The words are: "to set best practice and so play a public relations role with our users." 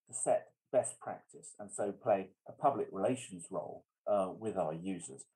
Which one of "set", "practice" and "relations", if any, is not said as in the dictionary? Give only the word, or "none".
none